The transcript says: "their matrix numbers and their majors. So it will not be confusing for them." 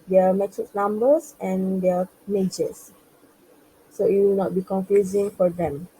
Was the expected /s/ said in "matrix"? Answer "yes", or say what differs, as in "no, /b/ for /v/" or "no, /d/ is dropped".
no, /s/ is dropped